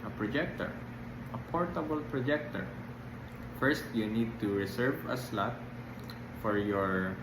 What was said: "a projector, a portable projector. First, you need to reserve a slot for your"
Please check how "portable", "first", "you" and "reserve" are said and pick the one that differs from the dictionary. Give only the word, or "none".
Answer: reserve